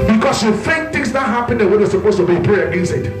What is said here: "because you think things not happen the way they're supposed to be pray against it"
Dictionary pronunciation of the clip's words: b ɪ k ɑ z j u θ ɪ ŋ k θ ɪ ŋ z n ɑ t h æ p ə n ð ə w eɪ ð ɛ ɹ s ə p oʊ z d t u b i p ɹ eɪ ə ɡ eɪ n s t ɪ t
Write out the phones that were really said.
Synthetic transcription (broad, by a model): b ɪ k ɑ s j u f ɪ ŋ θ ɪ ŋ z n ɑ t h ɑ p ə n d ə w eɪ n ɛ s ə p oʊ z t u b i p ɹ eɪ ə ɡ eɪ n s t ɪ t